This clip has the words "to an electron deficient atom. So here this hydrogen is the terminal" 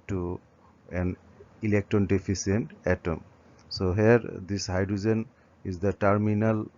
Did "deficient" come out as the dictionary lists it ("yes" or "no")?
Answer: no